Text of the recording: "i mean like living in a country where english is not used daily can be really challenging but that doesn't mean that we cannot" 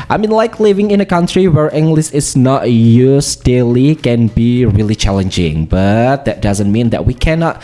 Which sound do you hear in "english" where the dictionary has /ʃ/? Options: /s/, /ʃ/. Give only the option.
/s/